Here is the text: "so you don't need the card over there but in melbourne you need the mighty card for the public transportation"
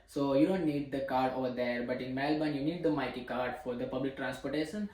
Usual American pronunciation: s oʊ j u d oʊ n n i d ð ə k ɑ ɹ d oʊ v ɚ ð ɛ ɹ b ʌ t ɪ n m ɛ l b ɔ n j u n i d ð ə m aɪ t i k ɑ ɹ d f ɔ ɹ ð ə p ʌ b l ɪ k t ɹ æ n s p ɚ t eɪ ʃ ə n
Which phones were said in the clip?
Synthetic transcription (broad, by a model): s oʊ j u d oʊ n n i d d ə k ɑ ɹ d oʊ v ɚ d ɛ ɹ b ʌ t ɪ n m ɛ l b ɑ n j u n i d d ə m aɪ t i k ɑ ɹ d f ɔ ɹ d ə p ʌ b l ɪ k t ɹ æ n s p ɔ t eɪ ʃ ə n